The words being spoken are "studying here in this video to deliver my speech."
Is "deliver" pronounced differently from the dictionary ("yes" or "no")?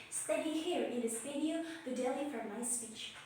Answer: yes